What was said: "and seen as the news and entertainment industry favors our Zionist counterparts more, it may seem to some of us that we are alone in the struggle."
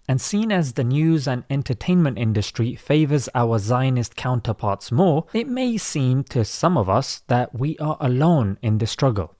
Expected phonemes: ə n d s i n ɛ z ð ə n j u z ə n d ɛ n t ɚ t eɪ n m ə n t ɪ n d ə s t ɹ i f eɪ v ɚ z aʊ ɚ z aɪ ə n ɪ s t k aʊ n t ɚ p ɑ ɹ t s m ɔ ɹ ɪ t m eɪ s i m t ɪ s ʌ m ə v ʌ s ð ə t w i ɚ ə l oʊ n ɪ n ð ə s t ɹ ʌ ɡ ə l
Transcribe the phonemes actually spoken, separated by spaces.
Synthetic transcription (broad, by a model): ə n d s i n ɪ z ð ə n j u z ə n ɛ n t ɚ t eɪ n m ə n t ɪ n d ə s t ɹ i f eɪ v ɚ z aʊ ɚ z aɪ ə n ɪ s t k aʊ n t ɚ p ɑ ɹ t s m ɔ ɹ ɪ t m eɪ s i m t ɪ s ʌ m ə v ʌ s ð ə t w i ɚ ə l oʊ n ɪ n ð ə s t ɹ ʌ ɡ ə l